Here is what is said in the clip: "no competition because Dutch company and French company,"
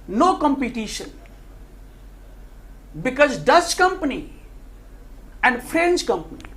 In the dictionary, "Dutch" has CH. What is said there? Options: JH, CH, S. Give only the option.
S